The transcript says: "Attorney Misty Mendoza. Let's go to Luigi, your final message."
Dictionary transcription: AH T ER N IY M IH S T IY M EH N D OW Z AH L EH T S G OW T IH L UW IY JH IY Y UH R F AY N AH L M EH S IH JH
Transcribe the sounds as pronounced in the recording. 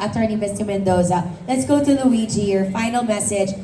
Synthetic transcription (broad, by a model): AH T ER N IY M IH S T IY M EH N D OW Z AH L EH T S G OW T IH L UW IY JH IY Y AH R F AY N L M EH S IH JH